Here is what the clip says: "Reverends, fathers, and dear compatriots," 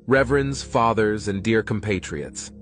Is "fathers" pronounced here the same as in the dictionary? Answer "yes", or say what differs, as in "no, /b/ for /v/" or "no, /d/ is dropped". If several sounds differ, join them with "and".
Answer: yes